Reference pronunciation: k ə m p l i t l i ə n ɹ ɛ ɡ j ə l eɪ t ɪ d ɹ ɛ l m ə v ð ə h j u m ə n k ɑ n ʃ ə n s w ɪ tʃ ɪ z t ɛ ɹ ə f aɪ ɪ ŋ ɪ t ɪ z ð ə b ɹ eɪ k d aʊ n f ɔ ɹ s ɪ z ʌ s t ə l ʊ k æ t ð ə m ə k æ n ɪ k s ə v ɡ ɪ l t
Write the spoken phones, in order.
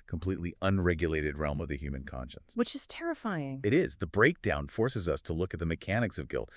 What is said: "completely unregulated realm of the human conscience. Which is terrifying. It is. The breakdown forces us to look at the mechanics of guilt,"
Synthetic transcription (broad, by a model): k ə m p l i t l i ə n ɹ ɛ ɡ j ə l eɪ t ɪ d ɹ ɛ l m ə v ð ə h j u m ə n k ɑ n ʃ ə n s w ɪ tʃ ɪ z t ɛ ɹ ə f aɪ ɪ ŋ ɪ t ɪ z ð ə b ɹ eɪ k d aʊ n f ɔ ɹ s ɪ z ʌ s t ə l ʊ k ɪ t ð ə m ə k æ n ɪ k s ə v ɡ ɪ l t